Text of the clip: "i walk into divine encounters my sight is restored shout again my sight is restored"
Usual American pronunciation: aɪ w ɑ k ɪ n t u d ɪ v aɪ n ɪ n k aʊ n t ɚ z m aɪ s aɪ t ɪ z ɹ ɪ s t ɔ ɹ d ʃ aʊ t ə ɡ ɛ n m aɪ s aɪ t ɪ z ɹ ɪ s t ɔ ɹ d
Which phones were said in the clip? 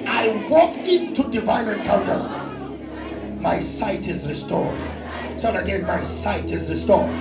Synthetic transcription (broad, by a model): aɪ w ɑ k ɪ n t u d ɪ v aɪ n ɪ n k aʊ n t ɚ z m aɪ s aɪ t ɪ z ɹ ɪ s t ɔ ɹ d s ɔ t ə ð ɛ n m aɪ s aɪ t ɪ z ɹ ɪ s t ɔ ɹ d